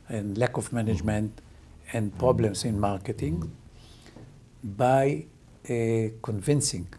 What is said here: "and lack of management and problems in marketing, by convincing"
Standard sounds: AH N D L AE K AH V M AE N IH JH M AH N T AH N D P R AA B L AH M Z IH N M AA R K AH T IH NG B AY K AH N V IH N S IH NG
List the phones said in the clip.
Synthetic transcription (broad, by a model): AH N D L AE K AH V M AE N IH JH M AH N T AH N D P R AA B L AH M S IH N M AA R K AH T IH NG B AY K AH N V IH N S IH NG